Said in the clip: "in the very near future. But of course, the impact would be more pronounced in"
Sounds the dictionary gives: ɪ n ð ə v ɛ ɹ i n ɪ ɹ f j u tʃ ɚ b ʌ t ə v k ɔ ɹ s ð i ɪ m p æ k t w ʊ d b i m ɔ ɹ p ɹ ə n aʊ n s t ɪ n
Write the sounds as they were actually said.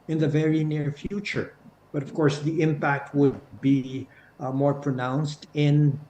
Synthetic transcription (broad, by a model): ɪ n ð ə v ɛ ɹ i n ɪ ɹ f j u tʃ ɚ b ʌ t ə v k ɔ ɹ s ð i ɪ m p æ k t w ʊ d b i m ɔ ɹ p ɹ ə n aʊ n s t ɪ n